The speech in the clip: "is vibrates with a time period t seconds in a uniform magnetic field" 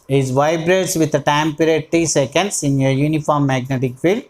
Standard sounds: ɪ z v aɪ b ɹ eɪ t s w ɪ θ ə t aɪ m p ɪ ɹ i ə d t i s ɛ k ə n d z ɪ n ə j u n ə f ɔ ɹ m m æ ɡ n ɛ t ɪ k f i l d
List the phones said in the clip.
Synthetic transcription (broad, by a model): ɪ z v aɪ b ɹ eɪ t s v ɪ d ə t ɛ m p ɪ ɹ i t t i s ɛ k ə n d s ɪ n ə j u n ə f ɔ ɹ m m æ ɡ n ɛ t ɪ k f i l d